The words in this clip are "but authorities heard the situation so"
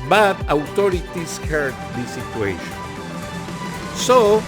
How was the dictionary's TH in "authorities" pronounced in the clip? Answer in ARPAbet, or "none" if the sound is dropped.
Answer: T